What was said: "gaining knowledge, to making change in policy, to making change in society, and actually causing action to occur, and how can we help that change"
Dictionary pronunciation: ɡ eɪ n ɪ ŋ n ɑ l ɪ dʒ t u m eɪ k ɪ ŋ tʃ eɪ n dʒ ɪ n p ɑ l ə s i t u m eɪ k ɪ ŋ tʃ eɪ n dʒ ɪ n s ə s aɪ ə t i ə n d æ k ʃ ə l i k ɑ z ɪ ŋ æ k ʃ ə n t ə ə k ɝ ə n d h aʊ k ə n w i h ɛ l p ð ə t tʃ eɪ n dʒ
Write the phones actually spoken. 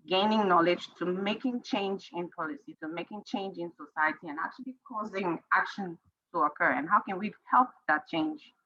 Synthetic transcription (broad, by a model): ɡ eɪ n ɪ ŋ n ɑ l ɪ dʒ t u m eɪ k ɪ ŋ tʃ eɪ n dʒ ɪ n p ɑ l ə s i t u m eɪ k ɪ ŋ tʃ eɪ n dʒ ɪ n s ə s aɪ ə t i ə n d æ k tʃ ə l i k ɑ z ɪ ŋ æ k ʃ ə n t ə ə k ɝ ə n h aʊ k ə n w i h ɛ l p ð ə t tʃ eɪ n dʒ